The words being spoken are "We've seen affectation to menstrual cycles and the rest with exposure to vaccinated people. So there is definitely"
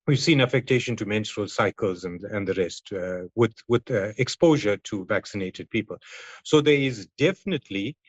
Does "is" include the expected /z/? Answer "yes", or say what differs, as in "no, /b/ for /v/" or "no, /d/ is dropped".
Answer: yes